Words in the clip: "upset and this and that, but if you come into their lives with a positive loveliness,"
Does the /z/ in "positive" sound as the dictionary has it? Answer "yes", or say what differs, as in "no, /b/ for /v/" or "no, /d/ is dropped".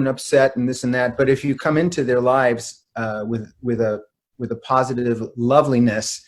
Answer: yes